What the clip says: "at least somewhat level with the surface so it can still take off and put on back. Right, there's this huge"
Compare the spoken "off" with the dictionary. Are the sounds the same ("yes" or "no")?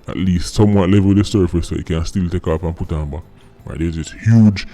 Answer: no